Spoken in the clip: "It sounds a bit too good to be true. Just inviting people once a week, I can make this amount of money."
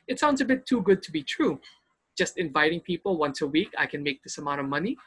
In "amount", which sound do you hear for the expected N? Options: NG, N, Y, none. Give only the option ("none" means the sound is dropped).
none